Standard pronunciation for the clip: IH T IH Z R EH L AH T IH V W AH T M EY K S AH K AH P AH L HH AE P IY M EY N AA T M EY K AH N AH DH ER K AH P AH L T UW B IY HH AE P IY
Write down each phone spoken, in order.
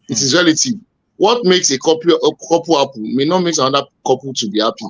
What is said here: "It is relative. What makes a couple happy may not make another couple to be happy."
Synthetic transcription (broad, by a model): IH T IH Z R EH L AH T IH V W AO T M EY K S AH K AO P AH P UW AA P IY M EY N AA T M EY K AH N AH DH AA K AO P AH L T UW B IY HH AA P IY